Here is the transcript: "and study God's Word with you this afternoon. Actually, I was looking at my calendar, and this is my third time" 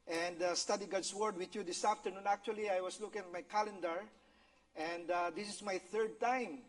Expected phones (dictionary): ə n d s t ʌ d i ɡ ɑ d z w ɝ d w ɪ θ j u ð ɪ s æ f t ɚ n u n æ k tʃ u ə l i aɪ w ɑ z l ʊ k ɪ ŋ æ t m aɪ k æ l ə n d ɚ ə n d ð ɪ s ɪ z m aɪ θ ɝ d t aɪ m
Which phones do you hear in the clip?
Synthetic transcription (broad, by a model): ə n d s t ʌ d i ɡ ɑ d s w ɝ d w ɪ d j u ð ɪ s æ f t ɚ n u n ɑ k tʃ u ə l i aɪ w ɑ s l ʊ k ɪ ŋ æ t m aɪ k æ l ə n d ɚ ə n d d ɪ s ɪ s m aɪ θ ɝ d t aɪ m